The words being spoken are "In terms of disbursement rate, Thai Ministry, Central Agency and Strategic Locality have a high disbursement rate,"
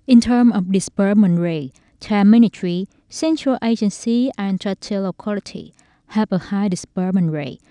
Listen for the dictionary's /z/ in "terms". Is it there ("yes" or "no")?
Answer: no